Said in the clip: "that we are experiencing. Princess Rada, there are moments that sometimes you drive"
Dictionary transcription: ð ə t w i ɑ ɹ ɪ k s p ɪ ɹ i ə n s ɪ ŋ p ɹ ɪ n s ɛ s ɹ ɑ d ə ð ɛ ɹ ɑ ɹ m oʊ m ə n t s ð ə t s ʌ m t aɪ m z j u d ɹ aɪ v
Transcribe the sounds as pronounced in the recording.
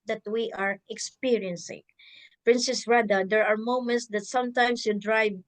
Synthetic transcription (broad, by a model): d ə t w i ɑ ɹ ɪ k s p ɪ ɹ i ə n s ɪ ŋ p ɹ ɪ n s ɛ s ɹ ɑ d ə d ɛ ɹ ɑ ɹ m oʊ m ə n t s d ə t s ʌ m t aɪ m s j u d ɹ aɪ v